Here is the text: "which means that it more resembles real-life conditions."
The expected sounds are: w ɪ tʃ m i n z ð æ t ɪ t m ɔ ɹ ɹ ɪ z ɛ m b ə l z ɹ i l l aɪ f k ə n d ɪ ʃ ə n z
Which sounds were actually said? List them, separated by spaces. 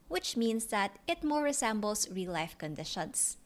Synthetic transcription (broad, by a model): w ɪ tʃ m i n s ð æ t ɪ t m ɔ ɹ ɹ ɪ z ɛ m b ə l s ɹ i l l aɪ f k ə n d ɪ ʃ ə n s